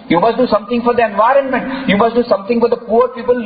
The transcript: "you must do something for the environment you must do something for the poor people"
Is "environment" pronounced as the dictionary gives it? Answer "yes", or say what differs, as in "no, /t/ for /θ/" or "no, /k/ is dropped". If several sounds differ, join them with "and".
yes